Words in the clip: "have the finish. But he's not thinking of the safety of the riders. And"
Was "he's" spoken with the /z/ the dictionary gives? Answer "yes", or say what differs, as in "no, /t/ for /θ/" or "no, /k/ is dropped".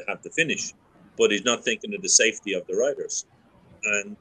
yes